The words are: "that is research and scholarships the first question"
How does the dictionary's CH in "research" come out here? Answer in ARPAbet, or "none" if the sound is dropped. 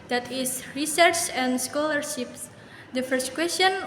CH